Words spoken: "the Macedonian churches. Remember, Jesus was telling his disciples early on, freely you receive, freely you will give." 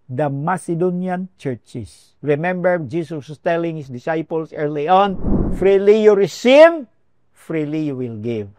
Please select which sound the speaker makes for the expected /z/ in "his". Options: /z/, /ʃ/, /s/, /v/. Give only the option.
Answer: /s/